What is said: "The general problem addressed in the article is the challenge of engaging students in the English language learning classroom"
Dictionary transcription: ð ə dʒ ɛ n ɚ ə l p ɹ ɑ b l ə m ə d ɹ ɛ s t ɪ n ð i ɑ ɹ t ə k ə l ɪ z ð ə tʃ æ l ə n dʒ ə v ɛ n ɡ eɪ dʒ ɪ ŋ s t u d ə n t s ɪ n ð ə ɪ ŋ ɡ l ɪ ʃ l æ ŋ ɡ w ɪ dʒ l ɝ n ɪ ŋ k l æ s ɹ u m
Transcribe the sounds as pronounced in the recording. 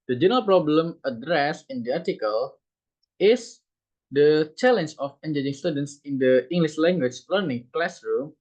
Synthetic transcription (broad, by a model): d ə dʒ ɛ n ɚ ə l p ɹ ɑ b l ə m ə d ɹ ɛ s ɪ n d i ɑ ɹ t ə k ə l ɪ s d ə tʃ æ l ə n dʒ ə f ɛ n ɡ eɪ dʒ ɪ ŋ s t u d ə n t s ɪ n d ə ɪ ŋ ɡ l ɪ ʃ l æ ŋ ɡ w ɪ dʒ l ɝ n ɪ ŋ k l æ s ɹ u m